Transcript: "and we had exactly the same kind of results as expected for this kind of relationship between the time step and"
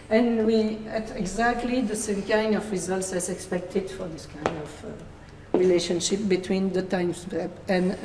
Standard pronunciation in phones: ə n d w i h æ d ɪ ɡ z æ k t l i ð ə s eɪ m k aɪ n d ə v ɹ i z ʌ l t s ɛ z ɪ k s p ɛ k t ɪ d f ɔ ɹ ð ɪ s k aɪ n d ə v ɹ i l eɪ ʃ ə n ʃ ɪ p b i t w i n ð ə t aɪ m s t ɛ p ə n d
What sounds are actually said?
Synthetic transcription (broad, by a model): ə n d w i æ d ɪ ɡ z æ k t l i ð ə s eɪ m k aɪ n d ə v ɹ i z ʌ l t s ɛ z ɪ k s p ɛ k t ɪ d f ɔ ɹ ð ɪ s k aɪ n d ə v ɹ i l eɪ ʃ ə n ʃ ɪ p b i t w i n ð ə t aɪ m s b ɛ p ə n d